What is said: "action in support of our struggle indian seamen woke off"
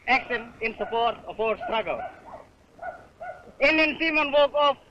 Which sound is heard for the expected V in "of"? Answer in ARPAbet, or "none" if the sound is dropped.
P